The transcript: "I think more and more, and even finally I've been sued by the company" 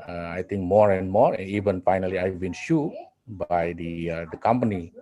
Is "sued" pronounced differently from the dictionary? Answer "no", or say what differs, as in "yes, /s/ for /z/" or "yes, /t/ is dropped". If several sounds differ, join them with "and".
yes, /ʃ/ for /s/